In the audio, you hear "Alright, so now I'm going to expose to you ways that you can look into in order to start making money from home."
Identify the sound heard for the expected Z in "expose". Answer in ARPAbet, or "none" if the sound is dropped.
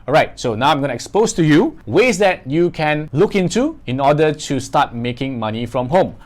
S